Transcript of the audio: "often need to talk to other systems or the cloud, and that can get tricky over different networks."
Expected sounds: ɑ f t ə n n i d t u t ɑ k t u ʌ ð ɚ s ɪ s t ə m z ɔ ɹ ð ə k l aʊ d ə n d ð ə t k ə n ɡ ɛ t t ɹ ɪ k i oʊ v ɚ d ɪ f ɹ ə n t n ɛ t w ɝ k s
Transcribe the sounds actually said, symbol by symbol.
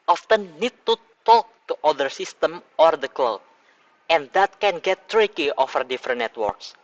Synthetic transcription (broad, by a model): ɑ f t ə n n i d t u t ɑ k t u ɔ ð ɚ s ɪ s t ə m ɔ ɹ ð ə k l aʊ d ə n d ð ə t k ə n ɡ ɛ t t ɹ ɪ k i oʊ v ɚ d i f ɹ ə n n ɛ t w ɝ k s